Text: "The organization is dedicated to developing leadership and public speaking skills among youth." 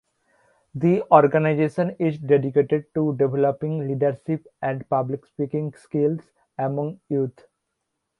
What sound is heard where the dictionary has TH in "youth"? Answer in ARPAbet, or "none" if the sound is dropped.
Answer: T